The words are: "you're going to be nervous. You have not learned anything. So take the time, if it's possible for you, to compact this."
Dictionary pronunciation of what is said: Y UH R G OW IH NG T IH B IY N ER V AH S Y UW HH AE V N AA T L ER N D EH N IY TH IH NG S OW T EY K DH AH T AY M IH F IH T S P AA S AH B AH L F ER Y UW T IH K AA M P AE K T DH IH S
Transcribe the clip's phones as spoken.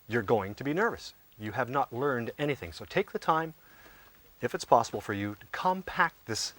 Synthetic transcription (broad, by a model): Y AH R G OW IH NG T IH B IY N ER V AH S Y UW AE V N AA T L ER N D EH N IY TH IH NG S OW T EY K DH AH T AY M IH F IH T S P AA S AH B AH L F ER Y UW T IH K AA M P AE K T DH IH S